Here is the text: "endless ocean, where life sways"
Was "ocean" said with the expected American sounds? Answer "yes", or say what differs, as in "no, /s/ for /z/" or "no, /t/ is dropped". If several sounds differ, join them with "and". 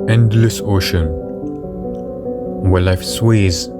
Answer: yes